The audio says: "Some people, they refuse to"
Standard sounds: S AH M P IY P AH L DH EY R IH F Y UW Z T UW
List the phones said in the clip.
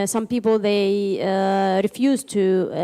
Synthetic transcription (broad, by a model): S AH M P IY P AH L DH EY R IH F Y UW Z T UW